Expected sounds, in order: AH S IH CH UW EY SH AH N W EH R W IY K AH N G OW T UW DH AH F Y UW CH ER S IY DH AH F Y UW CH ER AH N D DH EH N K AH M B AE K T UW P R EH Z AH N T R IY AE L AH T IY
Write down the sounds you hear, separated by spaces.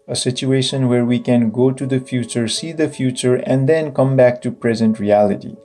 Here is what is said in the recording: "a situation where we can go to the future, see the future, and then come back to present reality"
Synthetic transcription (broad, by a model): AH S IH CH UW EY SH AH N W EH R W IY K AH N G OW T UW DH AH F Y UW CH ER S IY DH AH F Y UW CH ER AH N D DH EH N K AH M B AE K T UW P R EH Z AH N T R IY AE L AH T IY